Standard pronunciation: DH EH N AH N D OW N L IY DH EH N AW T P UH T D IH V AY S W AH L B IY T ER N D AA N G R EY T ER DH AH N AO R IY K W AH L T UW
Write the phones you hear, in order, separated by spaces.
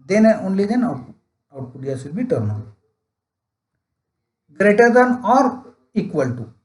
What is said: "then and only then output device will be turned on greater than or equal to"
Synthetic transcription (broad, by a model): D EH N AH OW N L IY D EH N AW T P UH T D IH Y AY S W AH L B IY T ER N AA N G R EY T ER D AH N AO R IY K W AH L T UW